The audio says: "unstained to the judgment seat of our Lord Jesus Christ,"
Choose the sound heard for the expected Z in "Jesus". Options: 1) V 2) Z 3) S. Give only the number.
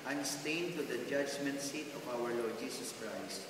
3